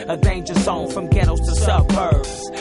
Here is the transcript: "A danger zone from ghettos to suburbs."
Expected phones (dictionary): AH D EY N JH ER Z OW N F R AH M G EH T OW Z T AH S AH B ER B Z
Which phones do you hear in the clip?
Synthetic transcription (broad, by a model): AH D EY N JH ER S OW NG F R AH M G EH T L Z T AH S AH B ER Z